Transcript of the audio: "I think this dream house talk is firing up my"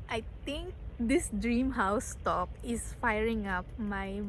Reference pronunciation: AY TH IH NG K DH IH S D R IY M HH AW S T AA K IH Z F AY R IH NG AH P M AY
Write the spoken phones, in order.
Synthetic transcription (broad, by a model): AY T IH NG K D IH S D R IY M HH AW S T AA K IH S F AY R IH NG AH P M AY